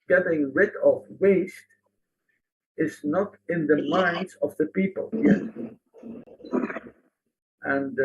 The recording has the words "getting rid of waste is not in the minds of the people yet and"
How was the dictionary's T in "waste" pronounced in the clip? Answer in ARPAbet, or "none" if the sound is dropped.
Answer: T